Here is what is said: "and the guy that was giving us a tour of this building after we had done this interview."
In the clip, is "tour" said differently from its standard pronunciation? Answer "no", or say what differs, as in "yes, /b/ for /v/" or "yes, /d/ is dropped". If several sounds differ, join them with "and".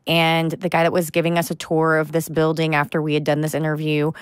no